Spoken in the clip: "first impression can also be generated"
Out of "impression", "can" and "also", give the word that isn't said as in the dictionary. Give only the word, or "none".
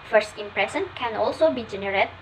impression